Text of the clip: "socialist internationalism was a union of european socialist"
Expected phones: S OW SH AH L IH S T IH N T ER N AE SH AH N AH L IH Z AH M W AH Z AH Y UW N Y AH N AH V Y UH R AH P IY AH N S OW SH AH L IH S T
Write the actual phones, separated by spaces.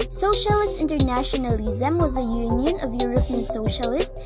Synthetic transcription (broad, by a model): S OW SH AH L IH S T IH N T ER N AE SH AH N AH L IH Z AH M W AH Z AH Y UW N Y AH N AH V Y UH R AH P IY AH N S OW SH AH L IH S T